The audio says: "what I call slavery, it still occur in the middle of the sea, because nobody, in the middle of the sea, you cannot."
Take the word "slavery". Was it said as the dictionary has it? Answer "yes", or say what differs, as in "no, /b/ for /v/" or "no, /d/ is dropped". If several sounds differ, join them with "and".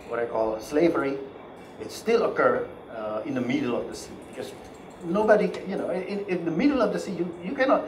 yes